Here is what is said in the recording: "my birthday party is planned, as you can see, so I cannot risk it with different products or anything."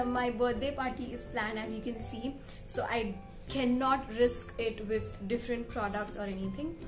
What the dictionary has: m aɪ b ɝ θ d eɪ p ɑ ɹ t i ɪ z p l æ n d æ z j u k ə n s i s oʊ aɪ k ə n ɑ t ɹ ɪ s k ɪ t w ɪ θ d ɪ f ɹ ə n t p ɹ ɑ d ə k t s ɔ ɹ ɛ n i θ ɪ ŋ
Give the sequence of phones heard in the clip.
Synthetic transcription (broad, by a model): m aɪ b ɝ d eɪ p ɑ ɹ t i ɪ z p l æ n æ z j u k ə n s i s oʊ aɪ k ə n ɑ t ɹ ɪ s k ɪ t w ɪ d d ɪ f ɹ ə n t p ɹ ɑ d ə k t s ɔ ɹ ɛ n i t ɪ ŋ